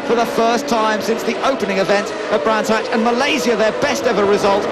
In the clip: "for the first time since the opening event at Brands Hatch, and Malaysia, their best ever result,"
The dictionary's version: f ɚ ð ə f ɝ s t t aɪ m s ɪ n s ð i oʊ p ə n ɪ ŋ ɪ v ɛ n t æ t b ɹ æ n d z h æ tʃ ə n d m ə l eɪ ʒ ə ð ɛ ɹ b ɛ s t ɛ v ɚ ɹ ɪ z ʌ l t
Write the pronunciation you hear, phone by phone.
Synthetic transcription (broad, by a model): f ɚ ð ə f ɝ s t t aɪ m s ɪ n s ð i oʊ p ə n ɪ ŋ ɪ v ɛ n t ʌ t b ɹ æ n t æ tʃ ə n m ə l eɪ z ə ð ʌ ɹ b ɛ s t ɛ v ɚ ɹ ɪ z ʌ l t